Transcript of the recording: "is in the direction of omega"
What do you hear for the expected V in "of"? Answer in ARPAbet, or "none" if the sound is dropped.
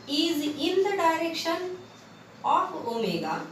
P